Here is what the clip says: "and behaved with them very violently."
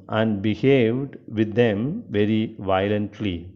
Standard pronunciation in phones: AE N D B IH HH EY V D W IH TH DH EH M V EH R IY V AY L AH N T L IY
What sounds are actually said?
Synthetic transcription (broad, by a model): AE N D B IH HH EY V D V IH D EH M V EH R IY V AY L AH N T L IY